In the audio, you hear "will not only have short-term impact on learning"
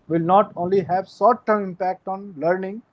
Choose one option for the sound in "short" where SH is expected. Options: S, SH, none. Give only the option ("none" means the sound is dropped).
S